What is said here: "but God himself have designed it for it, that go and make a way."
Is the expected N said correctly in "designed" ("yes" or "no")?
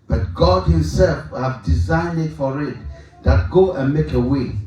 yes